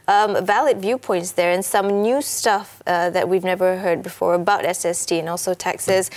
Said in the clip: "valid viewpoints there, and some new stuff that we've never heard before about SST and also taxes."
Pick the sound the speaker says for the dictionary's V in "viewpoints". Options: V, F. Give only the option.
V